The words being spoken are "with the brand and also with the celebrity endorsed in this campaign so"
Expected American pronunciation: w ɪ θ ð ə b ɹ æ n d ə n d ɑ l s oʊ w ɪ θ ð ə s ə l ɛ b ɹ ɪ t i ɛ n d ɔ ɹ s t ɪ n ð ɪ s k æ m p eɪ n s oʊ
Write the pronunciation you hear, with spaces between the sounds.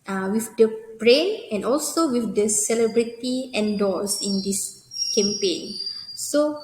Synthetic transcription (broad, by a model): w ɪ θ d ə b ɹ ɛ n ə n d ɑ l s oʊ w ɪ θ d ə s ə l ɛ b ɹ ɪ t i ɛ n d ɔ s ɪ n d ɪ s k æ m p eɪ n s oʊ